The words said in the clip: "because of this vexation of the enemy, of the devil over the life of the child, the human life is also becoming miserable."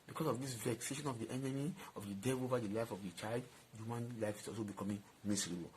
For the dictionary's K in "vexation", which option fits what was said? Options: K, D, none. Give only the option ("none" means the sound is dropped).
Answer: K